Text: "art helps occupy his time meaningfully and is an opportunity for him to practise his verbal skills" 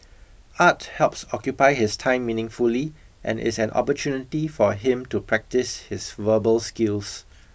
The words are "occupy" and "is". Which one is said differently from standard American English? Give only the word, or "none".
is